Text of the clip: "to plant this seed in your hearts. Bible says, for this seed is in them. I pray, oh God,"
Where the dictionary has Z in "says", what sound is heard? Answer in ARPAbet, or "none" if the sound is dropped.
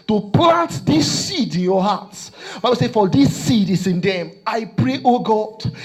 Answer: none